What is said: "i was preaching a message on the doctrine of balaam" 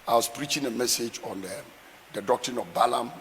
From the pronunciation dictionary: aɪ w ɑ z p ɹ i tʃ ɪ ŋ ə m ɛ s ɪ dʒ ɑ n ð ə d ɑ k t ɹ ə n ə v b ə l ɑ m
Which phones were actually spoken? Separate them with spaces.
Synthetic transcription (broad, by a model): aɪ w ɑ s p ɹ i tʃ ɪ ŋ ə m ɛ s ɪ dʒ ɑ n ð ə d ɑ k t ɹ ə n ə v b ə l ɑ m